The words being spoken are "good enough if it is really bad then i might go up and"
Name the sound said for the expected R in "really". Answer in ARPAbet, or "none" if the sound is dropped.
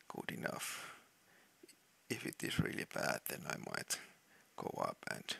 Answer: R